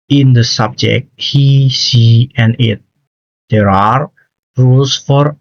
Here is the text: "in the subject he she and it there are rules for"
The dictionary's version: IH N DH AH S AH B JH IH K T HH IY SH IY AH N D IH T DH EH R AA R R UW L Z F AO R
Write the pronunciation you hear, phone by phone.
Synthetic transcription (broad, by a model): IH N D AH S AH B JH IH K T HH IY S IY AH N IH T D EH R AA R R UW L S F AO R